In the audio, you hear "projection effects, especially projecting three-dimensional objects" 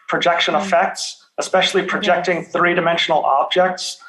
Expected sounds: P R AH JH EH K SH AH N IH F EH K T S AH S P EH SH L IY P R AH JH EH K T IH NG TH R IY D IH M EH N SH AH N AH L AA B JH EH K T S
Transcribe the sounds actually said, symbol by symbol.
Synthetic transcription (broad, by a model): P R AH JH EH K SH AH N IH F EH K T S AH S P EH SH L IY P R AH JH EH K T IH NG TH R IY D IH M EH N SH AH N L AA B JH EH K T S